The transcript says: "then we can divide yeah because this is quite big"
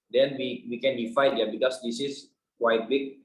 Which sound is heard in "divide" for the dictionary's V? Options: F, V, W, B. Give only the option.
F